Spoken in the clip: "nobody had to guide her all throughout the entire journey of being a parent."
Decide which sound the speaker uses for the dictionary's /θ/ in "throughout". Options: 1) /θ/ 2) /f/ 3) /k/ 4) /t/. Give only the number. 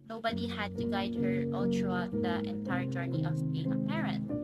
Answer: 4